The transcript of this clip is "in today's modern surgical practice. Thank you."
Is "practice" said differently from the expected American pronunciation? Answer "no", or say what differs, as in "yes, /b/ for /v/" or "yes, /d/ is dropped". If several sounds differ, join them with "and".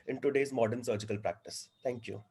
no